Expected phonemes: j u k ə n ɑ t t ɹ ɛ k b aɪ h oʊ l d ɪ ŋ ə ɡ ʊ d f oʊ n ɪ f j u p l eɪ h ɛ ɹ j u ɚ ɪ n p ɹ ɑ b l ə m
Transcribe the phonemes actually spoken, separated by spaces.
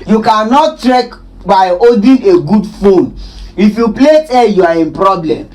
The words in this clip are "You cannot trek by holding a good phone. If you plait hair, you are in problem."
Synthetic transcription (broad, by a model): j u k ə n ɑ t t ɹ ɛ k b aɪ oʊ d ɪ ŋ ə ɡ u d f oʊ n ɪ f j u p l eɪ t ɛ j u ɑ ɪ n p ɹ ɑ b l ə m